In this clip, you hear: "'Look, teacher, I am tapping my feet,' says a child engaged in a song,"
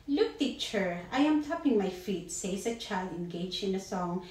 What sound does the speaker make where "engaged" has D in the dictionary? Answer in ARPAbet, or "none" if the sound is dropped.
none